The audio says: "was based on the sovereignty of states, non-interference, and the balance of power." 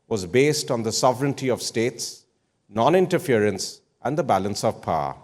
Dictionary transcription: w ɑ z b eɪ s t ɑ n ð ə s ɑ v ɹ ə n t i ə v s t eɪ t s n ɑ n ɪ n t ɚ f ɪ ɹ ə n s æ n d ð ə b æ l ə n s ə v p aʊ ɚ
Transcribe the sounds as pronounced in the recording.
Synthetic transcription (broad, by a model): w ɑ z b eɪ s t ɑ n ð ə s ɑ v ɹ ə n t i ə v s t eɪ t s n ɑ n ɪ n t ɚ f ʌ ɹ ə n s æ n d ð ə b æ l ə n s ə v p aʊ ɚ